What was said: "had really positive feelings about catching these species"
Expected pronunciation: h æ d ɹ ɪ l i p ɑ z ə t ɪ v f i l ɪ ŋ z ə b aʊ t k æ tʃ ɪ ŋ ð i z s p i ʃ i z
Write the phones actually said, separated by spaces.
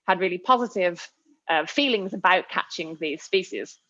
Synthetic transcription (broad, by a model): h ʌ d ɹ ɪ l i p ɑ z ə t ɪ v f i l ɪ ŋ z ə b aʊ t k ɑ tʃ ɪ ŋ ð i z s p i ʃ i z